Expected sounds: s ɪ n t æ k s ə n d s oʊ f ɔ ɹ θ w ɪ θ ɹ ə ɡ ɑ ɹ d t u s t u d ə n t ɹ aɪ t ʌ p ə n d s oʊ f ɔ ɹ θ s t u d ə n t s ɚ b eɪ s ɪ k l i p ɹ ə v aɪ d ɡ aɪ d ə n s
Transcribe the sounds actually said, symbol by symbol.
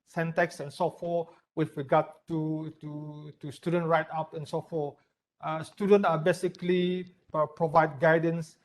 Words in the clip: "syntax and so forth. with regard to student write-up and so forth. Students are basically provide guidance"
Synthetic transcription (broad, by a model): s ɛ n t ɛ k s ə n s oʊ f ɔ w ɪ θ ɹ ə ɡ ɑ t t t u s t u d ə n t ɹ aɪ t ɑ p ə n s oʊ f ɔ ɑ s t u d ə n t ɚ b eɪ s ɪ k l i p ɹ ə v aɪ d ɡ aɪ d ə n s